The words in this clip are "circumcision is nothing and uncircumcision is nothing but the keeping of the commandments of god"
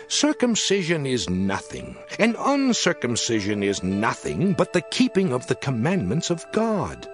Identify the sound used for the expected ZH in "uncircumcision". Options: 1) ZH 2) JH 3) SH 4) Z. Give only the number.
1